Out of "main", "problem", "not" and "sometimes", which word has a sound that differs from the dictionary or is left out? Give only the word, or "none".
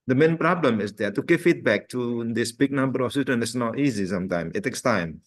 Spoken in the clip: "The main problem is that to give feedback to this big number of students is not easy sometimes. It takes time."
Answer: sometimes